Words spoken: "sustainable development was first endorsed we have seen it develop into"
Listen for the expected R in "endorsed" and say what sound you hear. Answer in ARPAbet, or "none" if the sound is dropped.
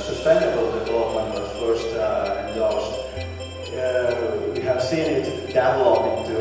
L